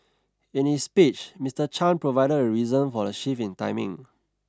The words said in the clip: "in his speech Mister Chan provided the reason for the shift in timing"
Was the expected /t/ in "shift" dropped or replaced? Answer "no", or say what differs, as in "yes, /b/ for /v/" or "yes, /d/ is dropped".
yes, /t/ is dropped